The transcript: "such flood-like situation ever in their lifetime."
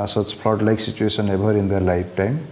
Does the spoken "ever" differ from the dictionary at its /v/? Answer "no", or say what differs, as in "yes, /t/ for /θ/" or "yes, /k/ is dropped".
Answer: yes, /b/ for /v/